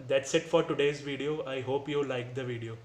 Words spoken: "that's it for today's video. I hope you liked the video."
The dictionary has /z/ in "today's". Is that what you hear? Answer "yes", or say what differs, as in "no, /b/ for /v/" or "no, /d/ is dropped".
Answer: yes